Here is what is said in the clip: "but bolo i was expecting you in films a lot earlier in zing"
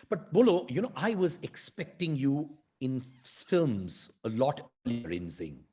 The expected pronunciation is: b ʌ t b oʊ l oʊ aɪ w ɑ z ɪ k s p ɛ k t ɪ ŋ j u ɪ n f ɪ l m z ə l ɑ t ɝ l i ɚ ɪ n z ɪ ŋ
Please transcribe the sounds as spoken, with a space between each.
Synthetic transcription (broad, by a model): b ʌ t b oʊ l oʊ aɪ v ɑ z ɪ k s p ɛ k t ɪ ŋ j u ɪ n f ɪ l m z ə l ɑ t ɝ l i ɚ ɪ n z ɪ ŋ